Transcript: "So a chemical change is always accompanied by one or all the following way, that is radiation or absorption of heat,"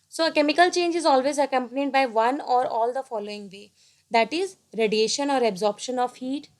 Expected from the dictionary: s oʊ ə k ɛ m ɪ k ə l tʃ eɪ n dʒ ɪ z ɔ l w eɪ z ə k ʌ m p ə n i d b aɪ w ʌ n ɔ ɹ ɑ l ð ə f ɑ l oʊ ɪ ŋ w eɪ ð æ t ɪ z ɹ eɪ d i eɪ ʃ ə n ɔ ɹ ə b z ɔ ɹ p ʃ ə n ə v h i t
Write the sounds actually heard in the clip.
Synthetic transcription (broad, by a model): s oʊ ə k ɛ m ɪ k ə l tʃ eɪ n dʒ ɪ z ɔ l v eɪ z ə k ʌ m p ə n i d b aɪ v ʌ n ɔ ɹ ɑ l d ə f ɑ l oʊ ɪ ŋ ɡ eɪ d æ t ɪ z ɹ eɪ d i eɪ ʃ ə n ɔ ɹ ə b z ɔ ɹ p ʃ ə n ə v h i t